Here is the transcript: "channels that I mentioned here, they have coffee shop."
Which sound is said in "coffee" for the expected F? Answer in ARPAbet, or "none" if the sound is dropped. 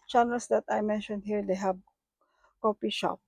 P